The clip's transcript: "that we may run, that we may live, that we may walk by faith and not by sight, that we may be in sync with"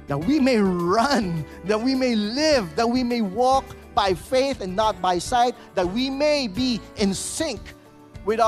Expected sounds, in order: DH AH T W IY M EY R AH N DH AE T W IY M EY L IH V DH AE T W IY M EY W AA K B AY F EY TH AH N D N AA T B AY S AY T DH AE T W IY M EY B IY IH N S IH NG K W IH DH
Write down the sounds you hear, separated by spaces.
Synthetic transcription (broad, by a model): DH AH T W IY M EY R AH N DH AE T W IY M EY L IH V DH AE T W IY M EY W AA K B AY F EY TH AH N N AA T B AY S AY T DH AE T W IY M EY B IY IH N S IH NG K W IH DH